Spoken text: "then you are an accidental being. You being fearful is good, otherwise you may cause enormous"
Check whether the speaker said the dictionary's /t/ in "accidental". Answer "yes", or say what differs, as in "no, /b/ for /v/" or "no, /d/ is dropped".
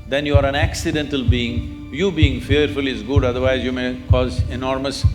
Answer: yes